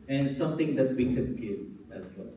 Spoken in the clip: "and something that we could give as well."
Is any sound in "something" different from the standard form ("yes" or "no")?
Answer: yes